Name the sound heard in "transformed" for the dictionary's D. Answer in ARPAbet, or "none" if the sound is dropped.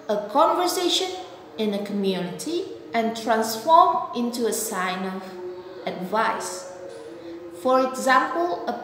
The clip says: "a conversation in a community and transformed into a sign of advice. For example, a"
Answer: none